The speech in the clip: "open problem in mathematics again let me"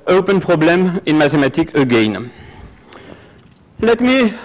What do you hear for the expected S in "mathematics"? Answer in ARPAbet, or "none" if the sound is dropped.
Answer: none